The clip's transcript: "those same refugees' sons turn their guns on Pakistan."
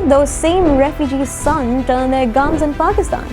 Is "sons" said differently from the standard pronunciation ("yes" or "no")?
yes